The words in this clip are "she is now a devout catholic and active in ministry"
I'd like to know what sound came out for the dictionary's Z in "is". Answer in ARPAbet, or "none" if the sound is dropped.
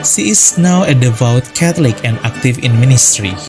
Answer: S